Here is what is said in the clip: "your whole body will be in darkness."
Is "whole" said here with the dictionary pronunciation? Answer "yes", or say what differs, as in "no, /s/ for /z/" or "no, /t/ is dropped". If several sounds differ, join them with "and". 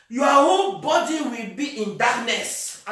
no, /n/ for /l/